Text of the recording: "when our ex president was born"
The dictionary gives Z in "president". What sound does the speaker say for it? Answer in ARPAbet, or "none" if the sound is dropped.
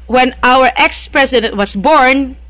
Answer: S